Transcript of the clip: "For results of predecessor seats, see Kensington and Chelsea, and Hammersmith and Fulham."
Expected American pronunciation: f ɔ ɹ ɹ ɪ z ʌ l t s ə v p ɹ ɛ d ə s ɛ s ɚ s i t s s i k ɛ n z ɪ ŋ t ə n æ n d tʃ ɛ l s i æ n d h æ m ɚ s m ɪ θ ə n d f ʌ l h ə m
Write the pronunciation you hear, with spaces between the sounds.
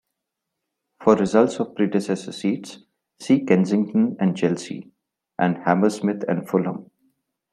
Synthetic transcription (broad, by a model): f ɔ ɹ ɹ ɪ z ʌ l t s ə v p ɹ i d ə s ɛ s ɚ s i t s s i k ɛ n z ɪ ŋ t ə n æ n d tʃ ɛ l s i æ n d h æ m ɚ s m ɪ t ə n d f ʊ l h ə m